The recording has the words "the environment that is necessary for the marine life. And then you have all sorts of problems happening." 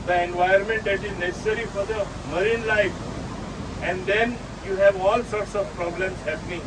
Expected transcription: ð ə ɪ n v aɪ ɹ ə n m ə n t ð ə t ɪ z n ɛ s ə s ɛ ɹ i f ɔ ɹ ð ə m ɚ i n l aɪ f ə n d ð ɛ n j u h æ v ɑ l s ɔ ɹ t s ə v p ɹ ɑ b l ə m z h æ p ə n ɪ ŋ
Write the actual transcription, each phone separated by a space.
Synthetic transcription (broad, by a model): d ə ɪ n v aɪ ə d m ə n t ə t ɪ z n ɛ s s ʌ ɹ i f ɔ ɹ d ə m ɚ i n l aɪ f ə n d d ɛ n j u h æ v ɑ l s ɔ ɹ t s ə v p ɹ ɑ b l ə m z h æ p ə n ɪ ŋ